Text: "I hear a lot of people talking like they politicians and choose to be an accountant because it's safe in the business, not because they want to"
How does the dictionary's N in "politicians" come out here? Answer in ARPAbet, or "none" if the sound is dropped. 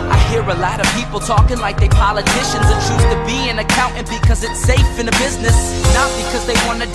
N